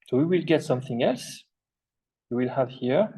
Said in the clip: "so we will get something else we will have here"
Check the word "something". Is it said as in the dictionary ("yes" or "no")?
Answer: yes